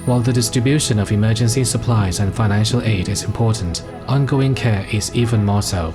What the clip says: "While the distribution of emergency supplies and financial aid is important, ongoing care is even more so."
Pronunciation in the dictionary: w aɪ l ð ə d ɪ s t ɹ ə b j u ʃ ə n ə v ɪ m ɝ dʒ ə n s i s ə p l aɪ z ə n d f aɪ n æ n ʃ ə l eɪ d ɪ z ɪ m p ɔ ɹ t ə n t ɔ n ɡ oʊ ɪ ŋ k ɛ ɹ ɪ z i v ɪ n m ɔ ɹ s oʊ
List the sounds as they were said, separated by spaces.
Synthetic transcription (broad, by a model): w aɪ l ð ə d ɪ s t ɹ ə b j u ʃ ə n ə v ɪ m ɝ dʒ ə n s i s ə p l aɪ z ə n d f aɪ n æ n ʃ ə l eɪ d ɪ z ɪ m p ɔ ɹ t n t ɔ n ɡ oʊ ɪ ŋ k ɛ ɹ ɪ z i v ɪ n m ɔ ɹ s oʊ